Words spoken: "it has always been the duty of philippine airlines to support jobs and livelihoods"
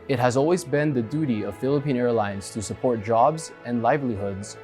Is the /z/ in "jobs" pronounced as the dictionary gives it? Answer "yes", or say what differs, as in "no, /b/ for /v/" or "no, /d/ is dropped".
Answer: yes